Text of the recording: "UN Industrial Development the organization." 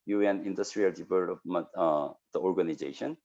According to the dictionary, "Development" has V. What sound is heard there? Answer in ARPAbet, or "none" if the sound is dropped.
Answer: P